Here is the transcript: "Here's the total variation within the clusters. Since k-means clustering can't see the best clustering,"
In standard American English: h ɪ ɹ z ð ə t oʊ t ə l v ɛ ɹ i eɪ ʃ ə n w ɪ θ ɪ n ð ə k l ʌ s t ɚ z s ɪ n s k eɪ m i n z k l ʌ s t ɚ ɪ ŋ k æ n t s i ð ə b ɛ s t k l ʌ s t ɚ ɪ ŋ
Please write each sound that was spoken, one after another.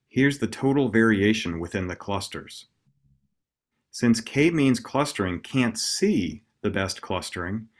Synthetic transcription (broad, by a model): h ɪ ɹ z ð ə t oʊ t l v ɛ ɹ i eɪ ʃ ə n w ɪ θ ɪ n ð ə k l ʌ s t ɚ z s ɪ n s k eɪ m i n z k l ʌ s t ɚ ɪ ŋ k æ n t s i ð ə b ɛ s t k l ʌ s t ɚ ɪ ŋ